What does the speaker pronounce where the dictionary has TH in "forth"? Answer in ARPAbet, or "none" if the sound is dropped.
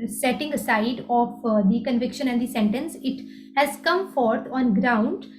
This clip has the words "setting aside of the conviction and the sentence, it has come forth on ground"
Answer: T